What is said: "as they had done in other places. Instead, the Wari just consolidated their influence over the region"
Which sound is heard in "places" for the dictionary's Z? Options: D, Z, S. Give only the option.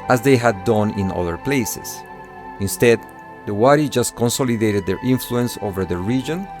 S